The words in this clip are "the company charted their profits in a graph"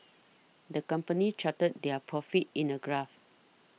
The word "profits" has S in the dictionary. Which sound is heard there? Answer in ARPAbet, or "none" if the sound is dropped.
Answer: none